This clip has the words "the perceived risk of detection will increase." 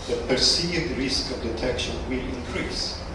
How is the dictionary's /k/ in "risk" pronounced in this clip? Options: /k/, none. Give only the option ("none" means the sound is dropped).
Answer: /k/